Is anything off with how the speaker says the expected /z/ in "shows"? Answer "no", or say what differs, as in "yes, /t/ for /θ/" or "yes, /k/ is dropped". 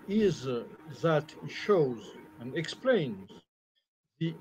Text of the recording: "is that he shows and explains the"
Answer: no